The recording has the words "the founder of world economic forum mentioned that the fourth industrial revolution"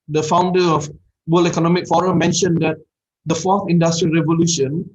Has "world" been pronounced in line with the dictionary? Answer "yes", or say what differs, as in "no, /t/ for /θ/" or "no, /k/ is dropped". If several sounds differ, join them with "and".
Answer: no, /d/ is dropped